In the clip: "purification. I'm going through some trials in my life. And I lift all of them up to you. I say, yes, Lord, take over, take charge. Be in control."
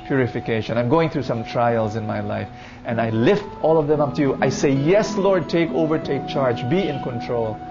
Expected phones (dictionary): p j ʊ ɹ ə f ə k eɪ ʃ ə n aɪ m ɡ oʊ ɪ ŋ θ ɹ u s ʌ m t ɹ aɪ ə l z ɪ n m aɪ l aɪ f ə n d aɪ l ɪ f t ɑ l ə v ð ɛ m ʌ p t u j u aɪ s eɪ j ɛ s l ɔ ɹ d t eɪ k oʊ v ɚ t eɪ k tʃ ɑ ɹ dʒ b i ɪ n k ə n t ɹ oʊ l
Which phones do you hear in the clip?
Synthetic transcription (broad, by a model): p j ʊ ɹ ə f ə k eɪ ʃ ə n aɪ m ɡ oʊ ɪ ŋ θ ɹ u s ʌ m t ɹ aɪ ə l z ɪ n m aɪ l aɪ f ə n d aɪ l ɪ f t ɑ l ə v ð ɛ m ʌ p t u j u aɪ s eɪ j ɛ s l ɔ ɹ d t eɪ k oʊ v ɚ t eɪ k tʃ ɑ ɹ dʒ b i ɪ n k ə n t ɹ oʊ l